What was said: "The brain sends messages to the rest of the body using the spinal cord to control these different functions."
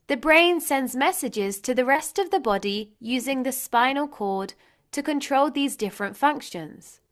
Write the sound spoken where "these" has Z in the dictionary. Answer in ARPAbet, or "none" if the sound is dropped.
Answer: Z